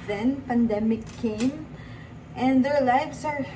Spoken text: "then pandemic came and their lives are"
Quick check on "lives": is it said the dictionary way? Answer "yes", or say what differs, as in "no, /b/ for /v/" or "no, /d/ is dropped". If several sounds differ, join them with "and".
no, /s/ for /z/